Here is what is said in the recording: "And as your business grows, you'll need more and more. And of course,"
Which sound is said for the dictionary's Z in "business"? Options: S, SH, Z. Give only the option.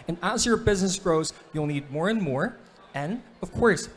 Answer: Z